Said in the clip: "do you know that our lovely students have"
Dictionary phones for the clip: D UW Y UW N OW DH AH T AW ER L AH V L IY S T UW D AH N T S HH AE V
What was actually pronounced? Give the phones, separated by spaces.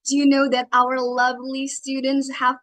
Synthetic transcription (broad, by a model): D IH Y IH N OW DH AH T AW ER L AH V L IY S T UW D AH N T S HH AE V